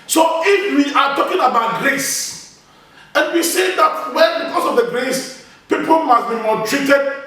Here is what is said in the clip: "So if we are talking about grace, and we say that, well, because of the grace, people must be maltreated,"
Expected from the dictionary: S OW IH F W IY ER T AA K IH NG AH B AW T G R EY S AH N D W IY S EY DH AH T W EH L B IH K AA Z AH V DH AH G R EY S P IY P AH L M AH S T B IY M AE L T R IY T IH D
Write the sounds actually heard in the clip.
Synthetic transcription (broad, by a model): S OW IH F W IY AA T AA K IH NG AH B AW T G R EY S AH N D W IY S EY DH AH T W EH N B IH K AA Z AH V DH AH G R EY S P IY P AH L M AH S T B IY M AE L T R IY T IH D